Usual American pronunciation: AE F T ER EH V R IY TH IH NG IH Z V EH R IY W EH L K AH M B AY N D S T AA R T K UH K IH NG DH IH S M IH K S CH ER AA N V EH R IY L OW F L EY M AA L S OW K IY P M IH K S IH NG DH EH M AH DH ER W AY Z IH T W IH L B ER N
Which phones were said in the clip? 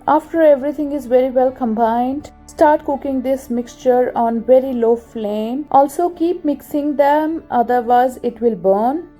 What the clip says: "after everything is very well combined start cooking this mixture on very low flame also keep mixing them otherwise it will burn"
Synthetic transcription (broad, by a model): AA F T ER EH V R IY T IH NG IH Z V EH R IY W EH L K AH M B AY N D S T AA R T K UH K IH NG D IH S M IH K S CH ER AA N V EH R IY L OW F L EY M AA L S OW K IY P M IH K S IH NG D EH M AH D ER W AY Z IH T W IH L B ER N